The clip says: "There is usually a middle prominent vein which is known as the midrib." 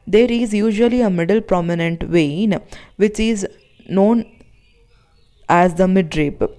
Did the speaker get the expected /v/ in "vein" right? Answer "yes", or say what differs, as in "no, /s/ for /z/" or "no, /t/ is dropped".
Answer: yes